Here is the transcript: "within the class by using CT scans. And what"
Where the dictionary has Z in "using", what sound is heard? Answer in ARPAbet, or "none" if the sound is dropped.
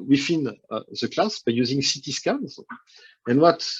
Z